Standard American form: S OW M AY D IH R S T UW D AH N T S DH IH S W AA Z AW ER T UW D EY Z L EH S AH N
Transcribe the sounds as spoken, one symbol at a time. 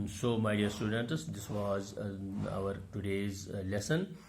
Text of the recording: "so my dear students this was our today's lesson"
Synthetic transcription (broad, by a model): S OW M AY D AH R S T UW D AH N T S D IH S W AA Z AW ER T UW D EY Z L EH S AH N